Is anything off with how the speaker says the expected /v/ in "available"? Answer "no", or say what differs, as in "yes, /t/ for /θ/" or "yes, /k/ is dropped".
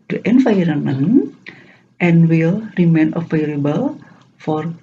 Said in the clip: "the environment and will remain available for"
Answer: yes, /f/ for /v/